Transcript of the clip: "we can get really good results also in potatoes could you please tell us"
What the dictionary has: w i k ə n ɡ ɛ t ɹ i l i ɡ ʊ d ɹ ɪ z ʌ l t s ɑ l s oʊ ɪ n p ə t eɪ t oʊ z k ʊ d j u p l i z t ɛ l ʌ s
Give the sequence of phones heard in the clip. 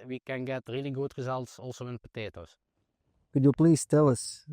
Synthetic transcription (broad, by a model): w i k ə n ɡ ɛ t ɹ i l i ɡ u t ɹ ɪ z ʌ l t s ɑ l s oʊ ɪ n p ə t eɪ t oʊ s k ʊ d j u p l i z t ɛ l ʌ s